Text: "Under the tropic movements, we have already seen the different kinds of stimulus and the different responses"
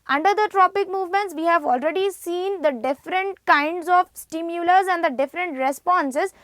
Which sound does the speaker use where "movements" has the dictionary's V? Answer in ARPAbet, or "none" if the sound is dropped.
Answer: V